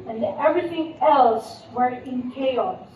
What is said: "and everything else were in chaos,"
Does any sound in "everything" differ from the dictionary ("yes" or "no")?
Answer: no